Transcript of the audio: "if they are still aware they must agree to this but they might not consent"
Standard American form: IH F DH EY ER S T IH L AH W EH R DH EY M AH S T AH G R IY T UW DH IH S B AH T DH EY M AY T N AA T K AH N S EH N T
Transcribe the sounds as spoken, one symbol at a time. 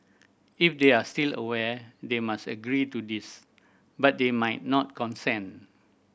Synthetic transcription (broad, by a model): IH F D EY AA S T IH L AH W EH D EY M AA S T AH G R IY T UW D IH S B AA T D EY M AY T N AA T K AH N S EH N